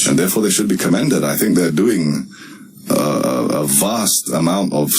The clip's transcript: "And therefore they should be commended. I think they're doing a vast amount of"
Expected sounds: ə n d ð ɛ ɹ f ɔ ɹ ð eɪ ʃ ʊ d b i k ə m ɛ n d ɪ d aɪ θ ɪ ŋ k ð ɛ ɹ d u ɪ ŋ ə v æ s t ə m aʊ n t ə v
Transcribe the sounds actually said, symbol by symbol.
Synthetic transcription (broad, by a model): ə n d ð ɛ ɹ f ɔ ɹ ð eɪ ʃ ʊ d b i k ə m ɛ n d ɪ d aɪ θ ɪ ŋ k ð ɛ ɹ d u ɪ ŋ ə v æ s t ə m aʊ n t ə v